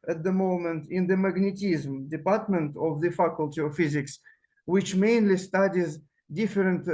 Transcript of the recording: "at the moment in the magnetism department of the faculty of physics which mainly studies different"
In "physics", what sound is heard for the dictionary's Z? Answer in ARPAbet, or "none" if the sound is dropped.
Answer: Z